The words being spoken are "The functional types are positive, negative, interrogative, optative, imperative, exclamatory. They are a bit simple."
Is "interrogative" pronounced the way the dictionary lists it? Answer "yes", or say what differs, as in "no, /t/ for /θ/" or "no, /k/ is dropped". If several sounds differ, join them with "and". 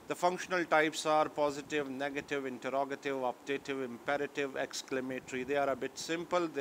yes